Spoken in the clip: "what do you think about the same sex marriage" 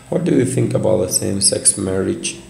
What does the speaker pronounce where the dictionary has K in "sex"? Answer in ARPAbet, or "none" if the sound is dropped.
K